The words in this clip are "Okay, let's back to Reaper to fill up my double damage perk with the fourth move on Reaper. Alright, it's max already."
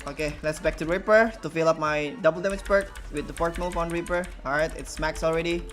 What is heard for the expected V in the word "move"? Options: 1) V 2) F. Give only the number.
2